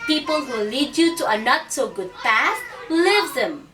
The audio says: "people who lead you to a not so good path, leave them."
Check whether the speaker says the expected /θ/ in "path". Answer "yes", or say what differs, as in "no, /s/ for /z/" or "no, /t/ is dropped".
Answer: no, /s/ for /θ/